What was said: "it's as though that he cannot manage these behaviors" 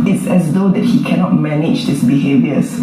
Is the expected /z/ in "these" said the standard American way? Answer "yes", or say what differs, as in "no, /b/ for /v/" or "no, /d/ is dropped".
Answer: no, /s/ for /z/